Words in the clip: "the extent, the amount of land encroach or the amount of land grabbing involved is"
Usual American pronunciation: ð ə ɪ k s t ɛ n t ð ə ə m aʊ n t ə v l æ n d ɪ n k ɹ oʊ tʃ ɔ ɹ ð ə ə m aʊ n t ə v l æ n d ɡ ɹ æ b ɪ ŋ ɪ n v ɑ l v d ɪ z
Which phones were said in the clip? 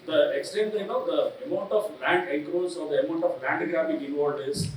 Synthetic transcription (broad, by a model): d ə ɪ k s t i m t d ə ə m aʊ n t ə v l æ n d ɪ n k ɹ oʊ s ɔ ɹ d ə ə m aʊ n t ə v l æ n d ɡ ɹ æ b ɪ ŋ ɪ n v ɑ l d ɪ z